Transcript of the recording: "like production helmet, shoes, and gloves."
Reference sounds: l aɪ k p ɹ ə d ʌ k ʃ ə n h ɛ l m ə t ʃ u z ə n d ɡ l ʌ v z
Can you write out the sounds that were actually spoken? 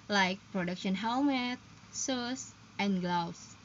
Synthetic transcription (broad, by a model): l aɪ k p ɹ ə d ʌ k ʃ ə n h ɛ l m ə t s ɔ s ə n ɡ l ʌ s